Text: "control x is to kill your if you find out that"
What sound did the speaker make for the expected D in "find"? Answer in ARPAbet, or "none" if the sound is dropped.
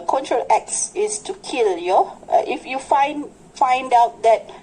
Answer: D